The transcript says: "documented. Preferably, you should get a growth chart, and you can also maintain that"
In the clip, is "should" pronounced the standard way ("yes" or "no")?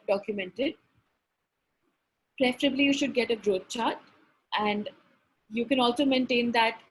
yes